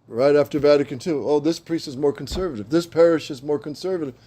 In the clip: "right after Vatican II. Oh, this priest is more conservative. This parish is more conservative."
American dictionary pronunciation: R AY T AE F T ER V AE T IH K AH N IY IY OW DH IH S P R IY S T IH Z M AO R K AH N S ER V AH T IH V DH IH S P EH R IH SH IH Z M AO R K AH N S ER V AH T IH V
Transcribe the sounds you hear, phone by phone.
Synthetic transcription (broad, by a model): R AY T AE F T ER V AE T IH K AH N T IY OW DH IH S P R IY S T IH Z M AO R K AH N S ER V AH T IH V DH IH S P EH R IH SH IH Z M AO R K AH N S ER V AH T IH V